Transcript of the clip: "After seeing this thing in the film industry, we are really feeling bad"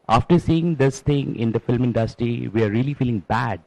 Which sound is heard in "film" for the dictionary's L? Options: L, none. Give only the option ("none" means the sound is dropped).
L